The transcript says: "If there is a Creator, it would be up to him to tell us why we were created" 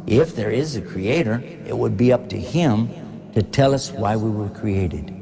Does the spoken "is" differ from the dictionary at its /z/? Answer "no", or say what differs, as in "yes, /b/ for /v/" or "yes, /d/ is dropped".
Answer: no